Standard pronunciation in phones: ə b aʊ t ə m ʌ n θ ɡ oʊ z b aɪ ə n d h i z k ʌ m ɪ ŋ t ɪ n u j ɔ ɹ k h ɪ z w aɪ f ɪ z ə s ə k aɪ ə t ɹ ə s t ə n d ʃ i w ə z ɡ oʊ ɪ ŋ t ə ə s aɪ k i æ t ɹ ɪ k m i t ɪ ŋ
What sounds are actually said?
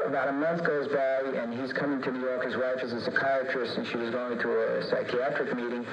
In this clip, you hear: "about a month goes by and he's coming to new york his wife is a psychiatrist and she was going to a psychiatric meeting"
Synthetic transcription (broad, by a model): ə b aʊ t ə m ʌ n θ ɡ oʊ z b aɪ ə n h i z k ʌ m ɪ ŋ t ɪ n u j ɔ ɹ k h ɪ z w aɪ f ɪ z ə s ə k aɪ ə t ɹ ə s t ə n ʃ i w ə z ɡ oʊ ɪ ŋ t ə ə s aɪ k i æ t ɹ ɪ k m i t ɪ ŋ